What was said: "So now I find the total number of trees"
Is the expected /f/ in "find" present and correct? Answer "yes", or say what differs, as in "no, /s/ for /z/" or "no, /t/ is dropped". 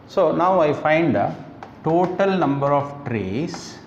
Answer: yes